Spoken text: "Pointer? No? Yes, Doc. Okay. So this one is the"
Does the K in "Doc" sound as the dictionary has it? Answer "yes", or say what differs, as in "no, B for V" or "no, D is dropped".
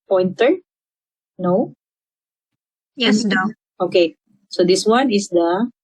no, K is dropped